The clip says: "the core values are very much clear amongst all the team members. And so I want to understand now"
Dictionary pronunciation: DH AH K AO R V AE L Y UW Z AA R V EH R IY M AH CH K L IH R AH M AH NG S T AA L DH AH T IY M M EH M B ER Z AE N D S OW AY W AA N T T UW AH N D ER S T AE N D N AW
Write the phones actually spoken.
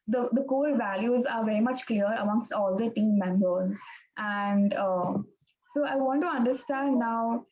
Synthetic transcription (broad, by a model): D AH K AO L V AE L Y UW Z AA R V EH R IY M AH CH K L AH R AH M AH NG S T AA L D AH T IY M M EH M B ER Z AE N D S OW AY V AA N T T UW AH N D ER S T AE N D N AW